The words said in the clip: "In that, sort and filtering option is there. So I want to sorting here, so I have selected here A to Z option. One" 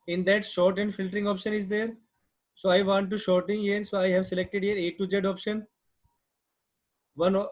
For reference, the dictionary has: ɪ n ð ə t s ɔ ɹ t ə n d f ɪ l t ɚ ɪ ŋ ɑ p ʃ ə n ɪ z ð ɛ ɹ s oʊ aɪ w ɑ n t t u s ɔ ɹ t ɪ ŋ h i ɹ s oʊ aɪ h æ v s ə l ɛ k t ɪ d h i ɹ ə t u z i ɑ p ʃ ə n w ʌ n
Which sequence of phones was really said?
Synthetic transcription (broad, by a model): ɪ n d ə t ʃ ɔ ɹ t ə n d f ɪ l t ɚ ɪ ŋ ɑ p ʃ ə n ɪ z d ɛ ɹ s oʊ aɪ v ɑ n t t u ʃ ɔ ɹ t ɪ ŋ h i ɹ s oʊ aɪ h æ v s ə l ɛ k t ɪ d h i ɹ ə t u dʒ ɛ ɑ p ʃ ə n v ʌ n